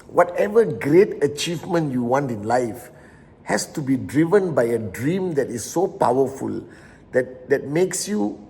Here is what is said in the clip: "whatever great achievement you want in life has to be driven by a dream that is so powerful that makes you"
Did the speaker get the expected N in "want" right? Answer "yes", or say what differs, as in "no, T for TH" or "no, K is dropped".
yes